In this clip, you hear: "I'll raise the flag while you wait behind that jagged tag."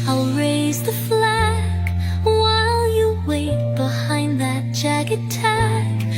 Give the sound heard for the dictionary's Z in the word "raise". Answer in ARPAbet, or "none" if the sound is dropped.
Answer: Z